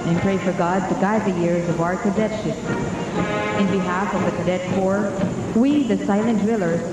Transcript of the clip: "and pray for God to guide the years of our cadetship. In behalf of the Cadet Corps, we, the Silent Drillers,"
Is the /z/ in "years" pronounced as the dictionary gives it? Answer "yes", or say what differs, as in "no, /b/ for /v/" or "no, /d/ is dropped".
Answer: yes